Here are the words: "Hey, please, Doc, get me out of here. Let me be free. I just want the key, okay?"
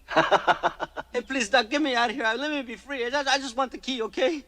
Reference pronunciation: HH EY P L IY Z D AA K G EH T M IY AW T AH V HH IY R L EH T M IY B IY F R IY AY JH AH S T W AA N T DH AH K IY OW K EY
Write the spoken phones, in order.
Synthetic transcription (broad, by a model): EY P L IY Z D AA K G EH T M IY AW T HH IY R L EH T M IY B IY F R IY AY JH AH S T W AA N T DH AH K IY OW K EY